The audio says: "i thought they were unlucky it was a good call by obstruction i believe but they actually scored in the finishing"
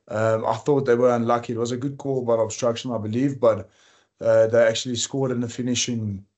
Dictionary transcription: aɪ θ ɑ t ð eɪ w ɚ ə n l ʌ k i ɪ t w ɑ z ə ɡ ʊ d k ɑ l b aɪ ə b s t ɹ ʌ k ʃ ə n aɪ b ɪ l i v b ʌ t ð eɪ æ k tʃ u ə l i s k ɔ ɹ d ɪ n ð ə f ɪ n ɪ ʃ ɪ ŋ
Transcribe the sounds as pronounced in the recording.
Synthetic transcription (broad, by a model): aɪ θ ɑ t ð eɪ w ɚ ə n l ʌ k i ɪ t w ɑ z ə ɡ ʊ d k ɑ l b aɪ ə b s t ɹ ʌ k ʃ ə n aɪ b ɪ l i v b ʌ t ð eɪ æ k tʃ u ə l i s k ɔ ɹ d ɪ n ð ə f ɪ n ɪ ʃ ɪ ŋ